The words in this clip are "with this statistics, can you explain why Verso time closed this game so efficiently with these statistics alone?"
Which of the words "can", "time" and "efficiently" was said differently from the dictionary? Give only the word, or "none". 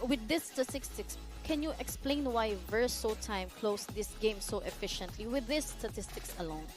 none